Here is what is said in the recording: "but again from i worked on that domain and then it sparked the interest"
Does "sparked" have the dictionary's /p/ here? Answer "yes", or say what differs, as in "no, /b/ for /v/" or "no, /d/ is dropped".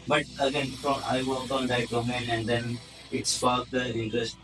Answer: no, /f/ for /p/